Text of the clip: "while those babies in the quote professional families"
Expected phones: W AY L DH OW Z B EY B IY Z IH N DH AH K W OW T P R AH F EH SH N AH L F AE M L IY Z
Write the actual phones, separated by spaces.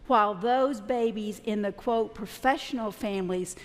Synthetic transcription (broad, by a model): W AY L DH OW Z B EY B IY Z IH N DH AH K W OW T P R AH F EH SH N L F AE M L IY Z